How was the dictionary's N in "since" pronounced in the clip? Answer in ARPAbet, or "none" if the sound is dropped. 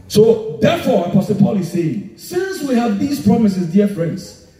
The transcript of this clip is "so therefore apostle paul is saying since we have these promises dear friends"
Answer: N